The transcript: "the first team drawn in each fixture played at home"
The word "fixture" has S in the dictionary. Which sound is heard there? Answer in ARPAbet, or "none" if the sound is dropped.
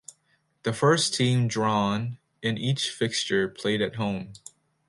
S